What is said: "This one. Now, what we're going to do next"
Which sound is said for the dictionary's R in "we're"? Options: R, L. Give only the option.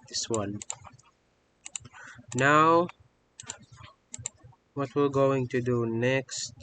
L